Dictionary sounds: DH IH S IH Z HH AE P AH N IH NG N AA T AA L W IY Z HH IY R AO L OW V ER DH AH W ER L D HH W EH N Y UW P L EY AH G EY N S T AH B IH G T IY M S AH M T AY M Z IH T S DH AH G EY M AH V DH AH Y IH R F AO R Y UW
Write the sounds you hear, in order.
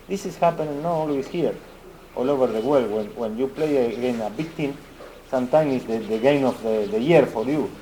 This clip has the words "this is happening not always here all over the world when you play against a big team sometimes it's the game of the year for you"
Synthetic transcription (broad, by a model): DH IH S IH S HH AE P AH N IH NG N AA T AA L W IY S HH IY R AO L OW V ER DH AH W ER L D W W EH N Y UW P L EY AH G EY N AH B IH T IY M S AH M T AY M IH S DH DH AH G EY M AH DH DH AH Y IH R F AO R Y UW